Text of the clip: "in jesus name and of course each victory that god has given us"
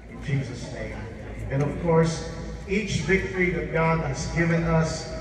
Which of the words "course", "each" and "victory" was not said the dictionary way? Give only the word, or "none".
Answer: none